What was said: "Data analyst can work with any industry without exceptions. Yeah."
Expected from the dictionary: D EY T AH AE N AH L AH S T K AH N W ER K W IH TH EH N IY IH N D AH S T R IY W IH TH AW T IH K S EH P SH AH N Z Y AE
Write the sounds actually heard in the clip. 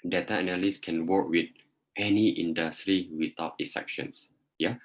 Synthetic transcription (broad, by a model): D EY T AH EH N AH L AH S K AH N W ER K W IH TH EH N IY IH N D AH S T R IY W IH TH AW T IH S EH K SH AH N S Y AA